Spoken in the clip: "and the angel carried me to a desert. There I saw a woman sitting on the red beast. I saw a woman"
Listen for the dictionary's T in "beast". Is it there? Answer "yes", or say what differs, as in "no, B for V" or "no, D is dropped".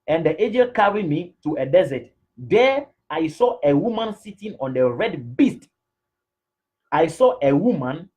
yes